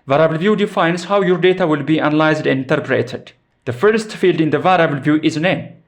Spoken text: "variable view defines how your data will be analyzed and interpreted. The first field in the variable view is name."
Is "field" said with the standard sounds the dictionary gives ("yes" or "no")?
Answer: yes